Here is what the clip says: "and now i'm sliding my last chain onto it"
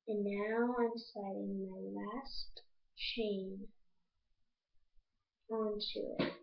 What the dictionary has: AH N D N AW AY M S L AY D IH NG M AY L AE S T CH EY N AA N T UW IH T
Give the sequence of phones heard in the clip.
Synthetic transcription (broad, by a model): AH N N AW AY M S AY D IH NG M AY L AE S T CH EY N AA N T UW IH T